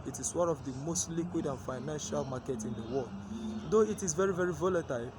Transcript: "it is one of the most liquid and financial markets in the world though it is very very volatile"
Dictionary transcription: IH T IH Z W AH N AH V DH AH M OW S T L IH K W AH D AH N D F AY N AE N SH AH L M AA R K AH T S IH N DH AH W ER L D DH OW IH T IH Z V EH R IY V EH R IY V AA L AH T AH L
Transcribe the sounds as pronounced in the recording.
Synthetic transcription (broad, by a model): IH T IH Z W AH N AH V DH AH M OW S T L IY K W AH D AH N F AY N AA N SH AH L M AA K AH T IH N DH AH W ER L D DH OW IH T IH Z V EH R IY V EH R IY V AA L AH T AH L